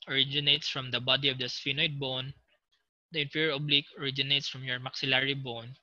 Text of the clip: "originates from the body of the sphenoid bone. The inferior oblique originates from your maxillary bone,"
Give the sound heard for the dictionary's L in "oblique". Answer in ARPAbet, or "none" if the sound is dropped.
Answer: L